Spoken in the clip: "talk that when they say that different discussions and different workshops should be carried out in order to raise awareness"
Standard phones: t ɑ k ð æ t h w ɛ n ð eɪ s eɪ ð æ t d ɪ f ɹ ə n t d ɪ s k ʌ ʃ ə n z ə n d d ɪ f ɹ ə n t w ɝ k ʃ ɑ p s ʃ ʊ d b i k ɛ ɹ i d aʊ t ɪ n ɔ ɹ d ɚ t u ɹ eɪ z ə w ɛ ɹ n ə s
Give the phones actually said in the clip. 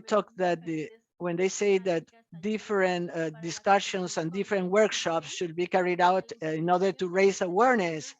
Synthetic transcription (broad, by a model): t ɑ k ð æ t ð w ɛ n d eɪ s eɪ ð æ t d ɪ f ɹ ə n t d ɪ s k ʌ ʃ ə n s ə n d d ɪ f ɹ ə n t w ɝ k ʃ ɑ p s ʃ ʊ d b i k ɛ ɹ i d aʊ t ɪ n ɔ ɹ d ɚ t u ɹ eɪ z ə w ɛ ɹ n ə s